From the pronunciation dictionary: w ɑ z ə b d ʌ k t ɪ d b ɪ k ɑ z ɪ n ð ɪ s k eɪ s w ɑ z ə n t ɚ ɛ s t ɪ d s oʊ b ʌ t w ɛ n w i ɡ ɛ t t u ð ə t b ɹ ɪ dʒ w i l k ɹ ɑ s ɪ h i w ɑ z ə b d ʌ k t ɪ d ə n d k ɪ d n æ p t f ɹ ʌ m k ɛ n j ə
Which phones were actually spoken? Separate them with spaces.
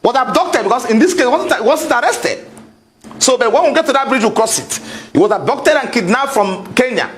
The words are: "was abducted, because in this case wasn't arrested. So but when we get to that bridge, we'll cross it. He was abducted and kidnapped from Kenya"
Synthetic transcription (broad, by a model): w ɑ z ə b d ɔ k t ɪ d b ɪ k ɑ s ɪ n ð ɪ s k eɪ s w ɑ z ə n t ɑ ɛ s t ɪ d s oʊ b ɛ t w ɛ n w i ɡ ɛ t t u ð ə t b ɹ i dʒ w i k ɹ ɑ s ɪ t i w ɑ z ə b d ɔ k t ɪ d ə n k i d n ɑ f ɹ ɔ m k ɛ n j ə